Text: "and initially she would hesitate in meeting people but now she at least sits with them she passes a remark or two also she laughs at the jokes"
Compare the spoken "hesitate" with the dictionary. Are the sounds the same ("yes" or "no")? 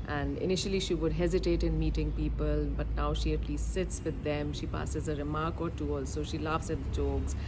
yes